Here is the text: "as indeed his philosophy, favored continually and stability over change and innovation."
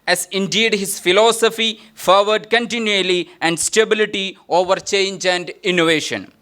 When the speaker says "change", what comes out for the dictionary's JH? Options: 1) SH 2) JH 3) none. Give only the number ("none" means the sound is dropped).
2